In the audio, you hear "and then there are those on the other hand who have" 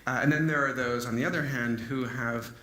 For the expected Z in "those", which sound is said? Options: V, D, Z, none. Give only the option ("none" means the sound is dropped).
Z